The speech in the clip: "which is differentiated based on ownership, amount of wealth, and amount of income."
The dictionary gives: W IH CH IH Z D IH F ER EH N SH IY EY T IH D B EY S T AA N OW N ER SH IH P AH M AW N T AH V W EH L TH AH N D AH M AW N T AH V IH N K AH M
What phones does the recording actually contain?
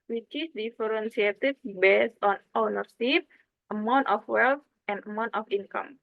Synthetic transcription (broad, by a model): W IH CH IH S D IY F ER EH N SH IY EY T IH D B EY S AA N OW N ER S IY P AH M AW N T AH F W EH L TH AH N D AH M AW N T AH F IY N K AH M